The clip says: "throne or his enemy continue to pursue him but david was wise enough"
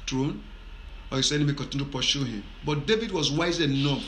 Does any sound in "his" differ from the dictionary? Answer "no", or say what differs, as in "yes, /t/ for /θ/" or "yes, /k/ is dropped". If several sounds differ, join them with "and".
yes, /s/ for /z/